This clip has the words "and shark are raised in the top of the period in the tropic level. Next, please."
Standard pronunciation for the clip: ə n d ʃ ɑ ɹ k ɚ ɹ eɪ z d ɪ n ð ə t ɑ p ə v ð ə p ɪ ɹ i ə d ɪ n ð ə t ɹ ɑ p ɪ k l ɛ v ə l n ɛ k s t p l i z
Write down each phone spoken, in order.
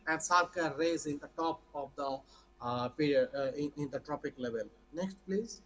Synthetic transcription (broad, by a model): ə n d s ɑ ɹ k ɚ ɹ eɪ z ɪ n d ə t ɑ p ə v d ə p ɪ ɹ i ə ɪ ɪ n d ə t ɹ ɑ p ɪ k l ɛ v ə l n ɛ k s t p l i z